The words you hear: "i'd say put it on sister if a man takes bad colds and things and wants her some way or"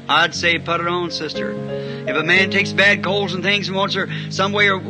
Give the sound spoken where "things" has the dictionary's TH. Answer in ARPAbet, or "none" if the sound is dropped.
TH